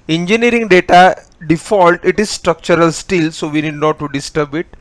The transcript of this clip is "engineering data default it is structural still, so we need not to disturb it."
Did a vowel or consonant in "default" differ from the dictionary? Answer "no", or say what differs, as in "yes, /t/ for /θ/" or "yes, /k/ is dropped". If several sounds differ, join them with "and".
no